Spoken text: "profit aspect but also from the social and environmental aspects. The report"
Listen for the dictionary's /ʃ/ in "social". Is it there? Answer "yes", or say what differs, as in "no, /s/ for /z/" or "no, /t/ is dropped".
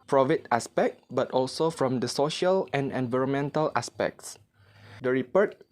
yes